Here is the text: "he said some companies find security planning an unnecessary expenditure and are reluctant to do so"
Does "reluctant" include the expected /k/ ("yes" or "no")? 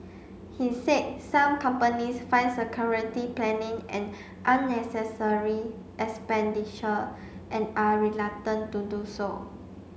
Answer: no